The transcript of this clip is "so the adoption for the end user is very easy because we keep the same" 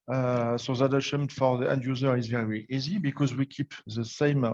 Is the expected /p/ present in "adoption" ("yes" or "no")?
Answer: no